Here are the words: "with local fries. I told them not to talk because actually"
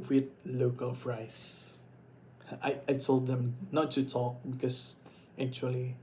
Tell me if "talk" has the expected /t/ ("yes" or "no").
yes